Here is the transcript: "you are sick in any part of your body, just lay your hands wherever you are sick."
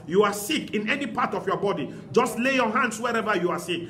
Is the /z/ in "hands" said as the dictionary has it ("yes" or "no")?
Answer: no